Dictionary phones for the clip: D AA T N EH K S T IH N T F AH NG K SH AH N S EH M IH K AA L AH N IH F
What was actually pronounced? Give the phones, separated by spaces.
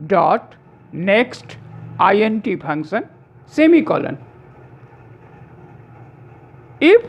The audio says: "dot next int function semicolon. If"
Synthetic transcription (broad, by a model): D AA T N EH K S T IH N T P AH NG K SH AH N S EH M IH K AA L AH N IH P